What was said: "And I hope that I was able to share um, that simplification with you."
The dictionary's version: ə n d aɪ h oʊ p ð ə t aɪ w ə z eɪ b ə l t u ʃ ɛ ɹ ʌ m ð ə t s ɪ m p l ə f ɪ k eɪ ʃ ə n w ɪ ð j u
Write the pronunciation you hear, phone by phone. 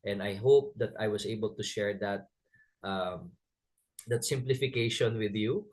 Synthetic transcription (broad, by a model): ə n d aɪ h oʊ p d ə t aɪ w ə s eɪ b ə l t u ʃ ɛ ɹ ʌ m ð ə t s ɪ m p l ə f ɪ k eɪ ʃ ə n w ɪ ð j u